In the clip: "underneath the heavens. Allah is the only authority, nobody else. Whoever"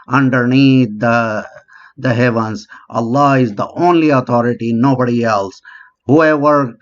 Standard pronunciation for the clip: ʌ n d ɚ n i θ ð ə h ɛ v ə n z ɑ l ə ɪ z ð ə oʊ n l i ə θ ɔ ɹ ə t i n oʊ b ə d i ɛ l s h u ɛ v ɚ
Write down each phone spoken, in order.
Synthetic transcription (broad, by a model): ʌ n d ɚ n i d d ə h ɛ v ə n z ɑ l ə ɪ z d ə oʊ n l i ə t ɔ ɹ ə t i n oʊ b ə d i ɛ l s h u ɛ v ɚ